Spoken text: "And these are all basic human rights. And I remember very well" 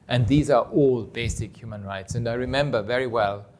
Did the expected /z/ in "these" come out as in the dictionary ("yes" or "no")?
yes